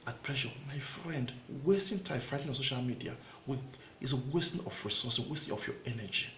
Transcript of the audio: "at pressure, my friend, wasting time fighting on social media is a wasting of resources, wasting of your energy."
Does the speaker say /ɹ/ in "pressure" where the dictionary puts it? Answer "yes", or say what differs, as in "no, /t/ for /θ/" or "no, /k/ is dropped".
no, /l/ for /ɹ/